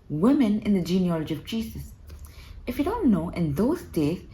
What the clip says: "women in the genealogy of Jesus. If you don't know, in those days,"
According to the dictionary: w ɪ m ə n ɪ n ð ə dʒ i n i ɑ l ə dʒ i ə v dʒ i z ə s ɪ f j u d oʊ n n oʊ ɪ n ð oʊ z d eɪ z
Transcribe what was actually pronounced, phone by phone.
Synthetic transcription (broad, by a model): w ɪ m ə n ɪ n ð ə dʒ i n i ɑ l ə dʒ i ə v dʒ i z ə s ɪ f j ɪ d oʊ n n oʊ ɪ n ð oʊ z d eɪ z